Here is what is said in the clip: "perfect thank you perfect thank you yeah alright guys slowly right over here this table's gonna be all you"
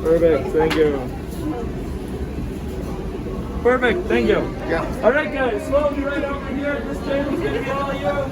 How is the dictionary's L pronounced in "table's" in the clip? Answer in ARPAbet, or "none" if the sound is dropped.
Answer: none